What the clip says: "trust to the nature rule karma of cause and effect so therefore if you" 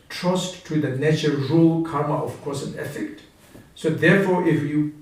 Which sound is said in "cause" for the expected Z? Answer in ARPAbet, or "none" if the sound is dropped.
S